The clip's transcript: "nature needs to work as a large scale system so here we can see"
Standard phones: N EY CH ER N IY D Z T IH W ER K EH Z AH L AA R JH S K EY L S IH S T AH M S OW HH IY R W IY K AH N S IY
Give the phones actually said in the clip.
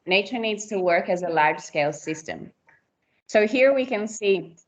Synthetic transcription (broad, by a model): N EY CH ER N IY D Z T IH W ER K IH Z AH L AA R ZH S K EY L S IH S T AH M S OW HH IY R W IY K AH N S IY